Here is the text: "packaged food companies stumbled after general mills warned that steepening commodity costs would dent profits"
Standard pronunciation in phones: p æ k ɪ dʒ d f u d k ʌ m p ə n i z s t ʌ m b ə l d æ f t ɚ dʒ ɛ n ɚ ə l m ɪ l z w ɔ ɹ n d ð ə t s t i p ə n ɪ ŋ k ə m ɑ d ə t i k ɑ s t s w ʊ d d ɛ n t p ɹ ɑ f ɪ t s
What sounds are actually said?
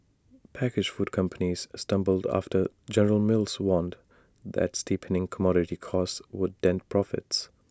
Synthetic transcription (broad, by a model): p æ k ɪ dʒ f u d k ʌ m p ə n i z s t ʌ m b ə l d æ f t ɚ dʒ ɛ n ɚ ə l m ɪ l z w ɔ n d ð ə t s t i p ə n ɪ ŋ k ə m ɑ d ə t i k ɑ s s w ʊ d d ɛ n t p ɹ ɑ f ɪ t s